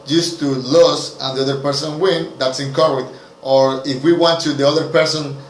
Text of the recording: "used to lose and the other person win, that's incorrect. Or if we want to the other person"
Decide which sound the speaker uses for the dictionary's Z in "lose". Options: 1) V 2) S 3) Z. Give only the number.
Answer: 2